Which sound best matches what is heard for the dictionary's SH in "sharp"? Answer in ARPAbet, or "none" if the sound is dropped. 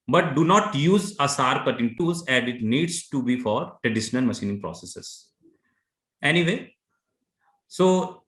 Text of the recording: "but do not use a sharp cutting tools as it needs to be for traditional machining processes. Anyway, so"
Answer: S